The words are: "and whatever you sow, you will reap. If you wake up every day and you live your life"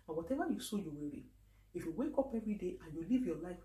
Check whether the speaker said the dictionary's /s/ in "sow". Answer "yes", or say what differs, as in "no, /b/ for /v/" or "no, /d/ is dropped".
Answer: yes